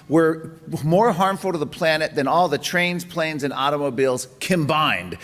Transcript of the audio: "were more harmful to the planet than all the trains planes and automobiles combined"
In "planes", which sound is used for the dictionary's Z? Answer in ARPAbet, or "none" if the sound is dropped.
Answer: Z